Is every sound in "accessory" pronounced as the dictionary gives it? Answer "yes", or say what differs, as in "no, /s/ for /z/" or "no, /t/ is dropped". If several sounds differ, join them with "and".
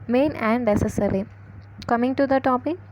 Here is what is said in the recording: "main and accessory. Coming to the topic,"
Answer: no, /k/ is dropped